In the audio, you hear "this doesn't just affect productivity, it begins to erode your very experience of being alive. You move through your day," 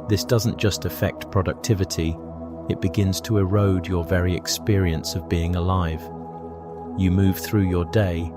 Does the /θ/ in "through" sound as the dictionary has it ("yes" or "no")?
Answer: yes